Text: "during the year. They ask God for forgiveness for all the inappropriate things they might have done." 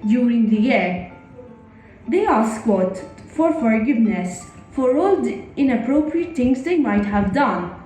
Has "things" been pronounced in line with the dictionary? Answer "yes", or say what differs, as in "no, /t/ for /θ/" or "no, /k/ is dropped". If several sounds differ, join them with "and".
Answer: no, /t/ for /θ/